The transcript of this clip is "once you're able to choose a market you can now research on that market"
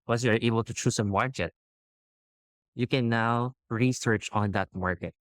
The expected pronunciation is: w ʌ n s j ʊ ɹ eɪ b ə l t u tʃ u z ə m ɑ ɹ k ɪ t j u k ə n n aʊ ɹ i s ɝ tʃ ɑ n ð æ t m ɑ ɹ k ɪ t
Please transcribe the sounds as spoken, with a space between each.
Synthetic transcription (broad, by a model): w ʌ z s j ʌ ɹ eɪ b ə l t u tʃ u s ə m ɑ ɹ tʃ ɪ t j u k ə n n aʊ ɹ i s ɝ tʃ ɑ n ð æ t m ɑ ɹ k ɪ t